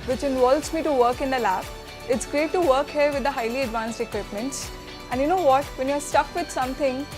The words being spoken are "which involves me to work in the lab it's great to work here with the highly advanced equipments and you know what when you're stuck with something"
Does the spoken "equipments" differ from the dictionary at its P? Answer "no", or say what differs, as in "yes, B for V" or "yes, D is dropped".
no